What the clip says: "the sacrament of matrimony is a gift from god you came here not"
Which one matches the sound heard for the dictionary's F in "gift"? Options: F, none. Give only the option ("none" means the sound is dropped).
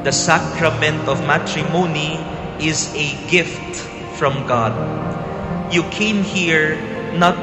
F